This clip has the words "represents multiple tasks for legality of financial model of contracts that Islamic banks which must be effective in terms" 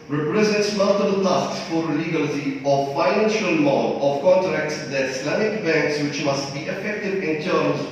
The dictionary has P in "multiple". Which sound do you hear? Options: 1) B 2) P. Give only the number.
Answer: 1